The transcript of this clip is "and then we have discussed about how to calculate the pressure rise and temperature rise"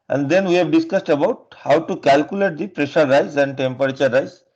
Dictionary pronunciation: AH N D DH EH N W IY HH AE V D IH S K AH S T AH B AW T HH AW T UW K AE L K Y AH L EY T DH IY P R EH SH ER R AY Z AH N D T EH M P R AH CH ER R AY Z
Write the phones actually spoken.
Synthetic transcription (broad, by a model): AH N D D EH N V IY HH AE V D IH S K AH S T AH B AW T HH AW T UW K AE L K Y AH L EY T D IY P R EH SH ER R AY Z AH N D T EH M P R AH CH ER R AY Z